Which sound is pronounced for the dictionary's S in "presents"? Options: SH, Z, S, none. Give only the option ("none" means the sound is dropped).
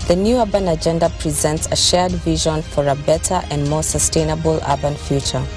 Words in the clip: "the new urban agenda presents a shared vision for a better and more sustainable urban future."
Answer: S